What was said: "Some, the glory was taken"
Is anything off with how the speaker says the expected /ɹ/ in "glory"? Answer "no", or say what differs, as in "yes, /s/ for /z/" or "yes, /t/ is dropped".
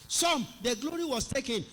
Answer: no